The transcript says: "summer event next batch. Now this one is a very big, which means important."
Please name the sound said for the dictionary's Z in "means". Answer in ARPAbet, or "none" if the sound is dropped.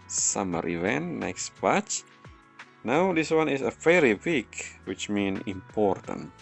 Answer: none